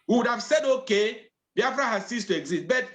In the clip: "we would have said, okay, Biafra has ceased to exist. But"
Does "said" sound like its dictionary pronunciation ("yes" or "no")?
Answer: yes